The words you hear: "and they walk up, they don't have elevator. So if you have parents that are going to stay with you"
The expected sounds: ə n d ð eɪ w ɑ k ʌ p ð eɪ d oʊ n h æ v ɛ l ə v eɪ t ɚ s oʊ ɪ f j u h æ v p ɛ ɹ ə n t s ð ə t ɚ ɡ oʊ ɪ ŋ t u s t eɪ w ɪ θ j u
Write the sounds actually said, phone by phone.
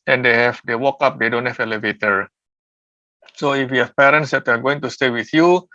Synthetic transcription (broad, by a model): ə n d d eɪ w ɑ k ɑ p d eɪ d oʊ n h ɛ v ɛ l ə v eɪ t ɚ s oʊ ɪ f j u h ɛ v p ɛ ɹ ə n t s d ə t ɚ ɡ oʊ ɪ ŋ t u s t eɪ w ɪ θ j u